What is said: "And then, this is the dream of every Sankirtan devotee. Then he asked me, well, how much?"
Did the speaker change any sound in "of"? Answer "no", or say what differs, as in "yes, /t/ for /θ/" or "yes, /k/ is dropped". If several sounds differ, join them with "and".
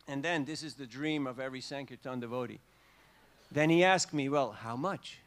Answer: no